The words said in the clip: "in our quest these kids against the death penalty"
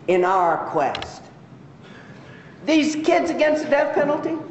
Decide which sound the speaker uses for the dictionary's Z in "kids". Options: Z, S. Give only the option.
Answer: Z